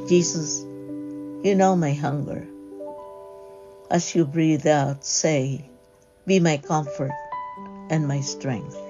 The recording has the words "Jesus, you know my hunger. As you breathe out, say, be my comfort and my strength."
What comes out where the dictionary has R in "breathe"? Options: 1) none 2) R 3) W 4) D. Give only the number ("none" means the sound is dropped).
2